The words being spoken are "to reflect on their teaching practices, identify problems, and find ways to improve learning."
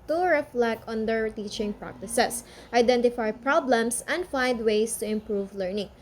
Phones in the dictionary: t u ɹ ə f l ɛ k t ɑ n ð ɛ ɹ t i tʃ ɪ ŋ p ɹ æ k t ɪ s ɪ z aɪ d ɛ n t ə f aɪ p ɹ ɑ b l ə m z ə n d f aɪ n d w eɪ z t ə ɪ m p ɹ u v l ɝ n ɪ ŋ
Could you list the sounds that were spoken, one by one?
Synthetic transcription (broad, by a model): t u ɹ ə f l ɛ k ɑ n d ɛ ɹ t i tʃ ɪ ŋ p ɹ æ k t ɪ s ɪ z aɪ d ɛ n t ə f aɪ p ɹ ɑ b l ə m s ə n d f aɪ n d w eɪ s t ə ɪ m p ɹ u v l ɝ n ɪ ŋ